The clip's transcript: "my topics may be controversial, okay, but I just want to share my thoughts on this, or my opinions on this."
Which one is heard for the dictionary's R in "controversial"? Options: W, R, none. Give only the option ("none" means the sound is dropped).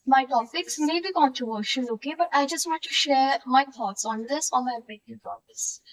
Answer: none